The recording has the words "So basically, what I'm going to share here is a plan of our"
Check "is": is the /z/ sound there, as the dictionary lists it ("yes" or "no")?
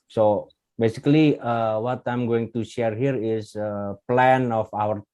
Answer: no